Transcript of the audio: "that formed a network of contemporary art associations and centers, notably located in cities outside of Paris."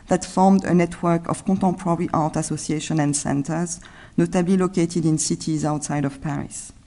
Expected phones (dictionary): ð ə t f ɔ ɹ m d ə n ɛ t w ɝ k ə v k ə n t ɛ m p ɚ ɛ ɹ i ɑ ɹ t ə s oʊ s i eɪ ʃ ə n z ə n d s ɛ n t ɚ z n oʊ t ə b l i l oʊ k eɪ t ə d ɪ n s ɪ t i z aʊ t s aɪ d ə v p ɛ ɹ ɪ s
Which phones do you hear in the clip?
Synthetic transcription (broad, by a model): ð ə t f ɔ ɹ m d ə n ɛ t w ɝ k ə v k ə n t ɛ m p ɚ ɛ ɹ i ɑ ɹ t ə s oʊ s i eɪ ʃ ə n ə n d s ɛ n t ɚ z n oʊ t ə b l i l oʊ k eɪ t ə d ɪ n s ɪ t i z aʊ t s aɪ d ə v p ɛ ɹ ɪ s